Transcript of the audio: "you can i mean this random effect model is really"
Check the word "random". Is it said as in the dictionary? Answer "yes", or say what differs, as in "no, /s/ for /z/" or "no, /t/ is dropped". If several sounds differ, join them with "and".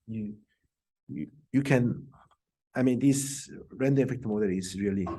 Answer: no, /m/ is dropped